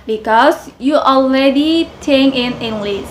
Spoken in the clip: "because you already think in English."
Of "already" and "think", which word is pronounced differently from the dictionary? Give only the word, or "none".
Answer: think